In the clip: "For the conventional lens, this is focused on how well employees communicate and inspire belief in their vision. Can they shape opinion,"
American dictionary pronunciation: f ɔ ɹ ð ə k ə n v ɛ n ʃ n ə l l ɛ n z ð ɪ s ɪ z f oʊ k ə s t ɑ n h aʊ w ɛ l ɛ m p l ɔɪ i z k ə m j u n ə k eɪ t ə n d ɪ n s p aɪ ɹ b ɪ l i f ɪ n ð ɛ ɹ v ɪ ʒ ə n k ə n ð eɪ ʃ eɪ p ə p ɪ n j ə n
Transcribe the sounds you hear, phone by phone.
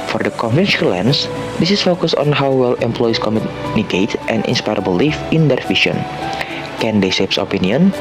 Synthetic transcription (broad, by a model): f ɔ ɹ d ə k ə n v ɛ n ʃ ə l l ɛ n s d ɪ s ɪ s f oʊ k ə s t ɑ n h aʊ w ɛ l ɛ m p l ɔɪ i s k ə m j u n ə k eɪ t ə n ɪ n s p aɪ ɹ b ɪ l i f ɪ n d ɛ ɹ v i ʃ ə n k ə n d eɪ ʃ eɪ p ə p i n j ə n